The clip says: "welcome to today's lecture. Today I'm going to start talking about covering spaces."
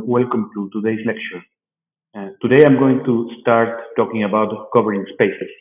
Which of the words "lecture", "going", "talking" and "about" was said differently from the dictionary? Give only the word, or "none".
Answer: none